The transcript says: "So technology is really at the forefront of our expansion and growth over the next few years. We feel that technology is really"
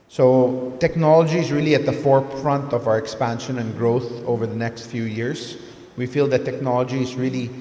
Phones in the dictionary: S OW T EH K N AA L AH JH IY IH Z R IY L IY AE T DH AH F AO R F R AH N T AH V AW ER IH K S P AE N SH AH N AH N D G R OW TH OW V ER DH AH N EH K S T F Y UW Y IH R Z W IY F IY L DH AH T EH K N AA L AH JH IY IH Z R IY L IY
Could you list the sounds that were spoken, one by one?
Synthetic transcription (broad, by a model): S OW T EH K N AA L AH JH IY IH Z R IY L IY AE T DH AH F AO R F R AH N T AH V AW ER IH K S P AE N SH AH N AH N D G R OW TH OW V ER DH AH N EH K S T F Y UW Y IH R S W IY F IY L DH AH T EH K N AA L AH JH IY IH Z R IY L IY